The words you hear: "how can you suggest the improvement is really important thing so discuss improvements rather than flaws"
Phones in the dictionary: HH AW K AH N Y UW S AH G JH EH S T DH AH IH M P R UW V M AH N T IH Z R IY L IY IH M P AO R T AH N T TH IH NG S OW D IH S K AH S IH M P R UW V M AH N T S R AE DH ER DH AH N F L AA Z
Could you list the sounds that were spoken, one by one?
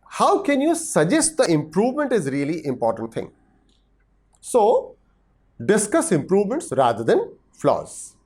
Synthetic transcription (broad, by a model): HH AW K AH N Y UW S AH JH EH S T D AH IH M P R UW V M AH N T IH Z R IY L IY IH M P AO R T AH N T T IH NG S OW D IH S K AH S IH M P R UW V M AH N T S R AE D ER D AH N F L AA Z